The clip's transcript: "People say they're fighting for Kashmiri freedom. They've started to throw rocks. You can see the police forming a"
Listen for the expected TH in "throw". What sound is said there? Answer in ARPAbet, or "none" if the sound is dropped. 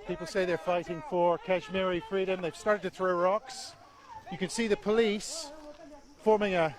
TH